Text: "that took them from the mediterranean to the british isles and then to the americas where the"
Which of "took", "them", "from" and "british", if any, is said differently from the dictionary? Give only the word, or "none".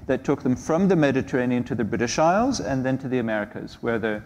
none